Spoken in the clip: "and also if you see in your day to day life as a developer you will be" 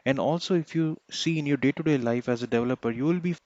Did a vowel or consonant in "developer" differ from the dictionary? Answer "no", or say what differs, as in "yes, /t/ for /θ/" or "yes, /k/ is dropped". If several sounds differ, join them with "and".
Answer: no